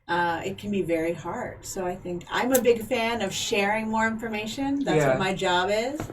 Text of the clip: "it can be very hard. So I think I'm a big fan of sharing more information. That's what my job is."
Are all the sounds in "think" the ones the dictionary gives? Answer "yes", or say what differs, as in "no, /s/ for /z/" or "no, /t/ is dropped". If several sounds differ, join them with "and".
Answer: yes